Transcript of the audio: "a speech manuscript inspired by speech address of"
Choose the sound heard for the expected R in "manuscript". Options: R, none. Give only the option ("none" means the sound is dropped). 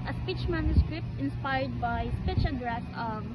R